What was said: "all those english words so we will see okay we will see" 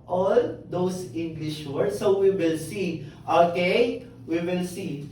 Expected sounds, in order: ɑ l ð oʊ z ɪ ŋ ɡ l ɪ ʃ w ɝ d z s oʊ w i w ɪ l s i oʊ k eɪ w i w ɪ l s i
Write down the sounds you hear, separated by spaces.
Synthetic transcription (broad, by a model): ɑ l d oʊ s ɪ ŋ ɡ l ɪ ʃ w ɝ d s oʊ w i w ɪ l s i oʊ k eɪ w i w ɪ l s i